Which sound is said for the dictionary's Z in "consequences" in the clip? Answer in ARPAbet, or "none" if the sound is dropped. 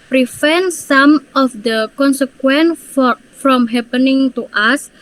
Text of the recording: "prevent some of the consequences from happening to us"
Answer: none